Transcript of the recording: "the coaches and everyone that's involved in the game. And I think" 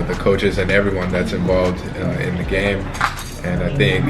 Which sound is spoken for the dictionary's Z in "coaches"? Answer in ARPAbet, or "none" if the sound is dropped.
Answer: Z